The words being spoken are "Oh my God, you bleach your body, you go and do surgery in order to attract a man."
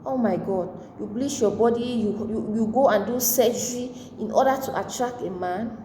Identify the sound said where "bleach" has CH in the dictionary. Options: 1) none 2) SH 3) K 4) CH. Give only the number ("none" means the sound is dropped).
2